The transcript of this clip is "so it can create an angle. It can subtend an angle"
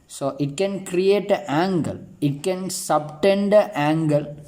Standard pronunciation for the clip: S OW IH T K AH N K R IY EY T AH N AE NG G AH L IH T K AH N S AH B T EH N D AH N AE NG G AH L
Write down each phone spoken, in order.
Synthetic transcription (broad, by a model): S OW IH T K AH N K R IY EY T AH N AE NG G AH L IH T K AH N S AH B T EH N D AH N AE NG G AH L